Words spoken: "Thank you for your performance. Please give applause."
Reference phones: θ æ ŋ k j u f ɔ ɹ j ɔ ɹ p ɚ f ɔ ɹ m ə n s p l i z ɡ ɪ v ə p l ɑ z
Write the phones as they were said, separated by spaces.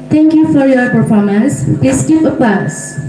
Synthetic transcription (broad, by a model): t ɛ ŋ k j u f ɔ ɹ j ɔ ɹ p ɚ f ɔ ɹ m ə n s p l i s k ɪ p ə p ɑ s